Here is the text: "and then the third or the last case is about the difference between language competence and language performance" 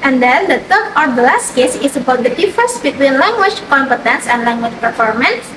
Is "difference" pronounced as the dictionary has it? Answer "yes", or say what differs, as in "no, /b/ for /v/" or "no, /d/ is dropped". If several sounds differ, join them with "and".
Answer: no, /ɹ/ is dropped and /n/ is dropped